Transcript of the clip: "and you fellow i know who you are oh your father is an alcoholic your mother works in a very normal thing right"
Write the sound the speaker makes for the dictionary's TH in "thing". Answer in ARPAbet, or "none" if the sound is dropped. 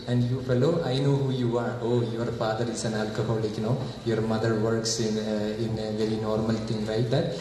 T